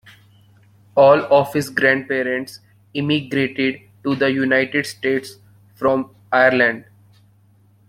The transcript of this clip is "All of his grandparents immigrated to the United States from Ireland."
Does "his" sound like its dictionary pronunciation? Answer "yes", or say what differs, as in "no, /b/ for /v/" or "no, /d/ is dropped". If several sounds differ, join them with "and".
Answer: no, /s/ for /z/